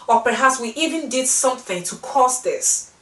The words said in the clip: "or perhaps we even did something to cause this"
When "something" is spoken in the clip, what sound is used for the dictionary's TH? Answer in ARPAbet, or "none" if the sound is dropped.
TH